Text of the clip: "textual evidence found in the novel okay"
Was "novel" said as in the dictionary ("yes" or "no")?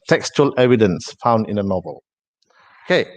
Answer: yes